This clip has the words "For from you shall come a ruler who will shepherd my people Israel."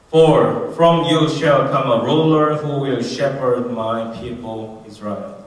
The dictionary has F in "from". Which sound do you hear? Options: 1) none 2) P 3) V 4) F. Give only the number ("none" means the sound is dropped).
4